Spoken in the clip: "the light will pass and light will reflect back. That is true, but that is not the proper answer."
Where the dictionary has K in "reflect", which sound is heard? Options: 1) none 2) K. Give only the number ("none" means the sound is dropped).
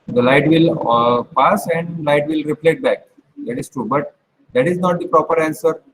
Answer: 1